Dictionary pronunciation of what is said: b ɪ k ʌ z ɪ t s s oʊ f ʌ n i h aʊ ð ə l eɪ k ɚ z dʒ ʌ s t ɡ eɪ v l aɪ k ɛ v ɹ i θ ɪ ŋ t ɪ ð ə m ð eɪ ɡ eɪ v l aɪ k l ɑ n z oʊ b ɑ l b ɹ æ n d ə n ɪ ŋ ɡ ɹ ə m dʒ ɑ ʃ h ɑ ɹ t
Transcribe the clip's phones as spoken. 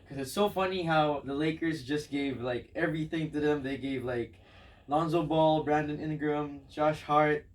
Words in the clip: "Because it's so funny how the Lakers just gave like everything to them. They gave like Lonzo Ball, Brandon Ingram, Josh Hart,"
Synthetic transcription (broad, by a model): k ʌ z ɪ t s s oʊ f ʌ n i h aʊ ð ə l eɪ k ɚ z dʒ ʌ s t ɡ eɪ v l aɪ k ɛ v ɹ i θ ɪ ŋ t ɪ ð ə m ð eɪ ɡ eɪ v l aɪ k l ɑ n z oʊ b ɑ l b ɹ æ n d ə n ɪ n ɡ ɹ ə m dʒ ɑ ʃ h ɑ ɹ t